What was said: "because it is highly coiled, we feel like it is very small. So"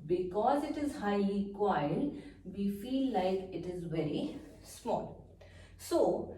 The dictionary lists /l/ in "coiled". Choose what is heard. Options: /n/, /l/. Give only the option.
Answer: /n/